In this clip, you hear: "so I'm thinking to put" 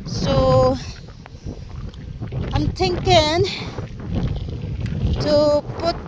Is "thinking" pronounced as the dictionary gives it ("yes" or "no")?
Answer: no